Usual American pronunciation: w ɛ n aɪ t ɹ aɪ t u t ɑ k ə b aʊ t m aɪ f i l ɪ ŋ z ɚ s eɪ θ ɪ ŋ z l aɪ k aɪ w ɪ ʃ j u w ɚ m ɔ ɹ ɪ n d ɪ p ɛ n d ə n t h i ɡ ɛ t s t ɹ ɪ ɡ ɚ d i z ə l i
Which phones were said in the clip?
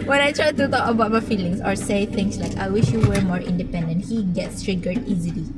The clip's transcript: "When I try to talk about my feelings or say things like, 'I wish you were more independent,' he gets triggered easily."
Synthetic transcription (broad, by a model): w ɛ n aɪ t ɹ aɪ t u t ɑ k ə b aʊ t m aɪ f i l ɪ ŋ s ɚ s eɪ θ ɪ ŋ s l aɪ k aɪ w ɪ ʃ j u w ɚ m ɔ ɹ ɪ n d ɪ p ɛ n d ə n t h i ɡ ɛ t s t ɹ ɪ ɡ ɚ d i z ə l i